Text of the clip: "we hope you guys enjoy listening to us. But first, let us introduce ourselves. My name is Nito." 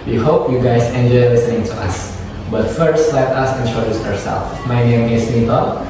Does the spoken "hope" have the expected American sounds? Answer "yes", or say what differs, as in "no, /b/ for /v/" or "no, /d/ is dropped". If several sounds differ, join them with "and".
yes